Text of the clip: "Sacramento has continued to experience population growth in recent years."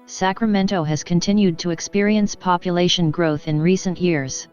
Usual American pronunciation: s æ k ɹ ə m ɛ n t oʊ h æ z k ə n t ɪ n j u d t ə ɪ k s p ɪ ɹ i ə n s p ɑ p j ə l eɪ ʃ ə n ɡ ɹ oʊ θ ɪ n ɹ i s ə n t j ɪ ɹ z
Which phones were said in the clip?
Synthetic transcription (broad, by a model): s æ k ɹ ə m ɛ n t oʊ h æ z k ə n t ɪ n j u d t ə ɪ k s p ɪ ɹ i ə n s p ɑ p j ə l eɪ ʃ ə n ɡ ɹ oʊ θ ɪ n ɹ i s ə n t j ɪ ɹ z